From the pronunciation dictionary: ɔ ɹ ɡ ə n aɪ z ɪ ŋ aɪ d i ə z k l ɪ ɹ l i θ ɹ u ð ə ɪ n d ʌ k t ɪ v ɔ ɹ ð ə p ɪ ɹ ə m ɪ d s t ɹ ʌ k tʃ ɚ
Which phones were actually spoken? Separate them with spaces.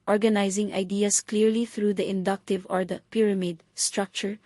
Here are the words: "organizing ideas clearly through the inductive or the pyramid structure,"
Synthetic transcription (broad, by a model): ɔ ɹ ɡ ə n aɪ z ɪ ŋ aɪ d i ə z k l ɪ ɹ l i θ ɹ u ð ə ɪ n d ʌ k t ɪ v ɔ ɹ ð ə p ɪ ɹ ə m ɪ d s t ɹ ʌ k tʃ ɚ